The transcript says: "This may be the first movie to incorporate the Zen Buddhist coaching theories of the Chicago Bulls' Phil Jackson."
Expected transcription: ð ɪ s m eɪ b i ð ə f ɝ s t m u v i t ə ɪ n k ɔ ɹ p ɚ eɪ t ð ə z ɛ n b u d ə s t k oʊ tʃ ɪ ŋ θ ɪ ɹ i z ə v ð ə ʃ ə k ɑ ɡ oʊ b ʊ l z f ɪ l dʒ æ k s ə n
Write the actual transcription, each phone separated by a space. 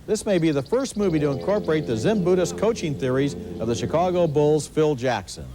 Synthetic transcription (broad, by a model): ð ɪ s m eɪ b i ð ə f ɝ s t m u v i t ə ɪ n k ɔ ɹ p ɚ eɪ t ð ə z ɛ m b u d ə s k oʊ tʃ ɪ ŋ θ ɪ ɹ i z ə v ð ə ʃ ə k ɑ ɡ oʊ b ʊ l z f ɪ l dʒ æ k s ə n